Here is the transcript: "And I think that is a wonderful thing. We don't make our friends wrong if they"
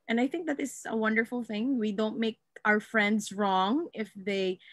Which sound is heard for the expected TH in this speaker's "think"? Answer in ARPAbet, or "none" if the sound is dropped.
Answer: TH